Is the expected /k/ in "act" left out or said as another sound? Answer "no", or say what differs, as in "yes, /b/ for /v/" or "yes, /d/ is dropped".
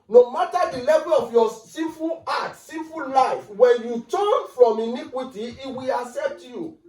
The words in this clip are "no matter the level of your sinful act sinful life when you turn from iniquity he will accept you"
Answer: yes, /k/ is dropped